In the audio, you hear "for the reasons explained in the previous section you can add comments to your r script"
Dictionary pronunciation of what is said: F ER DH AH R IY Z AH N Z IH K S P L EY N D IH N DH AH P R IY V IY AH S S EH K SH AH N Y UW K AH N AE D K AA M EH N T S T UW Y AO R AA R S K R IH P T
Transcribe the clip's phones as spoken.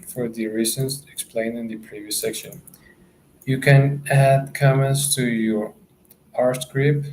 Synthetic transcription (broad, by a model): F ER DH AH R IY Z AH N IH K S P L EY N IH N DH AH P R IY V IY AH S S EH K SH AH N Y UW K AH N AE D K AA M EH N T S T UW Y AO R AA R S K R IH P